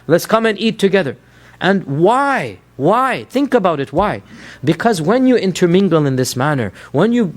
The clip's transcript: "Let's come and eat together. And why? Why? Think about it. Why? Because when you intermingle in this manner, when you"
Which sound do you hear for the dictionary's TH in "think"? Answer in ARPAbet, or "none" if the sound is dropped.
TH